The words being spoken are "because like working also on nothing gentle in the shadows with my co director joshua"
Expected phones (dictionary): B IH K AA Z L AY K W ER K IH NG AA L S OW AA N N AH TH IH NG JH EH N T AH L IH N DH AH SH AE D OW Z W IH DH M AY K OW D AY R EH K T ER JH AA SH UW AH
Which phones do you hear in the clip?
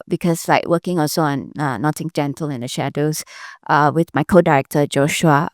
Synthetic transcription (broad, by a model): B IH K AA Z L AY K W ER K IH NG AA S OW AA N N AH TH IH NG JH EH N T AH L IH N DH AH SH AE D OW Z W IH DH M AY K OW D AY R EH K T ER JH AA SH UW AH